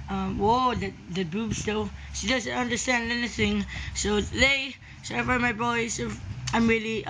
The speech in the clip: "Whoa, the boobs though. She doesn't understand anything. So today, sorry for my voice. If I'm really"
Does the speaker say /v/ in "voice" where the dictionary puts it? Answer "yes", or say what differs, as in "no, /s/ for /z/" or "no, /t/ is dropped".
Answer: no, /b/ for /v/